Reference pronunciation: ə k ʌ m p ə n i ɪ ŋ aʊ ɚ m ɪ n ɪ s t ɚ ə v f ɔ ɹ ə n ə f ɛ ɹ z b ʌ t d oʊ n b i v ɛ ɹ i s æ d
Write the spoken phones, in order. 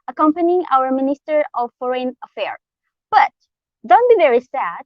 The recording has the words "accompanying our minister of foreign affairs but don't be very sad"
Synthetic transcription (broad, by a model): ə k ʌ m p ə n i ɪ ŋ aʊ ɚ m ɪ n ɪ s t ɚ ə v f ɔ ɹ ə n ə f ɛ ɹ b ʌ t d oʊ n b i v ɛ ɹ i s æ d